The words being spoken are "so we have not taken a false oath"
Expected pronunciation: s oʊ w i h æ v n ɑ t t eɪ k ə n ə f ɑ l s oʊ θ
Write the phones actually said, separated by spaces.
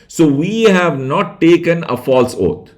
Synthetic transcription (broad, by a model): s oʊ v i h æ v n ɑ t t eɪ k ə n ə f ɑ l s oʊ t